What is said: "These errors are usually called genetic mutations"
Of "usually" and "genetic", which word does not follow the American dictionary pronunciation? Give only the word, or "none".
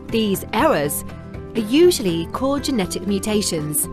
none